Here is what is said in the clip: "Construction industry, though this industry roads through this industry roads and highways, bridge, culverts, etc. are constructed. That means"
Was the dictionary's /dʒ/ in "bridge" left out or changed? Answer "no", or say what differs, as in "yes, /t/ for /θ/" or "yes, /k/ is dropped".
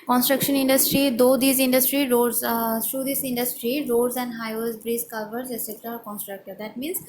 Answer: yes, /z/ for /dʒ/